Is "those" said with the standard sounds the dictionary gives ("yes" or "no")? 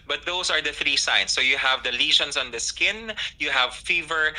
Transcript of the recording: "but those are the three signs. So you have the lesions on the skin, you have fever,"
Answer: no